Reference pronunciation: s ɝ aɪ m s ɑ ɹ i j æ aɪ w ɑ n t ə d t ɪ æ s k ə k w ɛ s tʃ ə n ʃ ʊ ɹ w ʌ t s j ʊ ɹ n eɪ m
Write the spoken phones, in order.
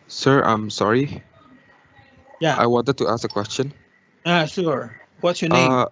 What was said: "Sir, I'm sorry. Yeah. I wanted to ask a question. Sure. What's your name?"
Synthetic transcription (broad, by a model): s ɝ aɪ m s ɑ ɹ i j æ aɪ w ɑ n t ə d t ɪ æ s k ə k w ɛ s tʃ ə n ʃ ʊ ɹ w ʌ t s j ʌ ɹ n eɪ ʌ